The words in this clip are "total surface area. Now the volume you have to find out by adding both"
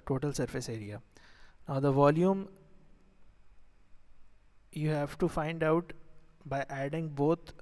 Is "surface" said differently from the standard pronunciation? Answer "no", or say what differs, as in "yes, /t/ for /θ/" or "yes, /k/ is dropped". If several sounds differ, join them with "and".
no